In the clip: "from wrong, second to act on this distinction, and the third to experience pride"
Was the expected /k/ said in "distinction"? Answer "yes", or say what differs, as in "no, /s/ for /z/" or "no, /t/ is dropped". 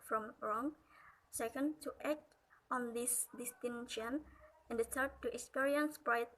no, /k/ is dropped